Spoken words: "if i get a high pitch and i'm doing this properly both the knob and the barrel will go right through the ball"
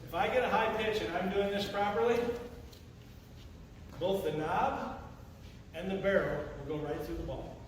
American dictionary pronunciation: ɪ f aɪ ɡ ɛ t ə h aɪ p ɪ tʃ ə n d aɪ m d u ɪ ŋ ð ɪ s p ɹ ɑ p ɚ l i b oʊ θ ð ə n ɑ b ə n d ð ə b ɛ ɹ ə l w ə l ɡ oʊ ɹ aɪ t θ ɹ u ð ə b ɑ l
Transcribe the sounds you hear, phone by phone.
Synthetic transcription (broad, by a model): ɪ f aɪ ɡ ɛ t ə h aɪ p ɪ tʃ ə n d aɪ m d u ɪ ŋ ð ɪ s p ɹ ɑ p ɚ l i b oʊ θ ð ə n ɑ b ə n ð ə b ɛ ɹ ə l w ə l ɡ oʊ ɹ aɪ t θ ɹ u ð ə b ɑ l